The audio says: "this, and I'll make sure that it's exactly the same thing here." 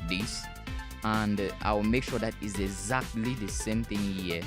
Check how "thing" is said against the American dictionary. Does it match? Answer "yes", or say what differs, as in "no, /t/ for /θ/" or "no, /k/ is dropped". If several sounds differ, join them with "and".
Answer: yes